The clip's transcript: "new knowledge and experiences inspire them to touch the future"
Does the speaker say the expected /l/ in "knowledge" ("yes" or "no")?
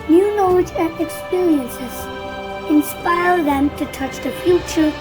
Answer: no